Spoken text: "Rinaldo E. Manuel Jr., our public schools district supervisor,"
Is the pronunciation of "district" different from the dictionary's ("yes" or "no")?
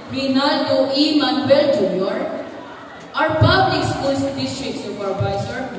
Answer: yes